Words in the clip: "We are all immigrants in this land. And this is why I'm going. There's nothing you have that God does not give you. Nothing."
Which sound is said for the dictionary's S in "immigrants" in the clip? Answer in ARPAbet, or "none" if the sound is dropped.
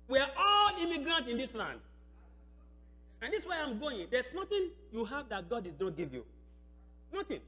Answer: none